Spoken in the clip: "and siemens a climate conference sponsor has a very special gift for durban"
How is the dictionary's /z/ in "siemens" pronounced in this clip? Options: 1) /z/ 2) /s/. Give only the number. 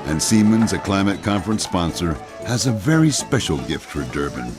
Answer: 1